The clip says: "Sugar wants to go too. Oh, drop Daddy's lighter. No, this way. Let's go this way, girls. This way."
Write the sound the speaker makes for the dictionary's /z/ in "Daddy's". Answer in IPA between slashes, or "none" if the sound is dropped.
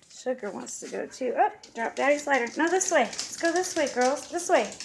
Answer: /s/